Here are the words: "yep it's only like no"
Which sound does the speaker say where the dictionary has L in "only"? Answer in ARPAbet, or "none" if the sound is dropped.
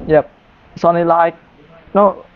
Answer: none